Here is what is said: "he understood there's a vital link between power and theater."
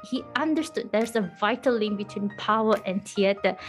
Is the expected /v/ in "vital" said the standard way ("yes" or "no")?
yes